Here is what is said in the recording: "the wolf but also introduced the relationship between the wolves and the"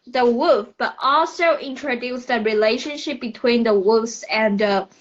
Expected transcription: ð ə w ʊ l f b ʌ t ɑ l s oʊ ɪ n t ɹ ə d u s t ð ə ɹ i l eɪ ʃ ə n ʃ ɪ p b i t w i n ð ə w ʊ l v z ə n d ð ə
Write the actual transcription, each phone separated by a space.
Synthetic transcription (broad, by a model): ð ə w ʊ f b ʌ t ɑ l s oʊ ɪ n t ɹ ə d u s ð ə ɹ i l eɪ ʃ ə n ʃ ɪ p b i t w i n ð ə w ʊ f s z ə n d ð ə